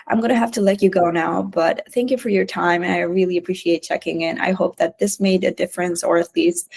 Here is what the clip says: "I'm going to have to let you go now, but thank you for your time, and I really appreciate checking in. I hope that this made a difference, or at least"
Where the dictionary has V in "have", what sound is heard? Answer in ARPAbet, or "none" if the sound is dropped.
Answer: F